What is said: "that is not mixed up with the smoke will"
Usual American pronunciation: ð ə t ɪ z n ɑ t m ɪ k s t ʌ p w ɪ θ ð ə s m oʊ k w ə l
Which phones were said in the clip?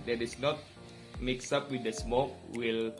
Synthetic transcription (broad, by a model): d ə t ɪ s n ɑ t m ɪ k s ʌ p w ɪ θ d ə s m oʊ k w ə l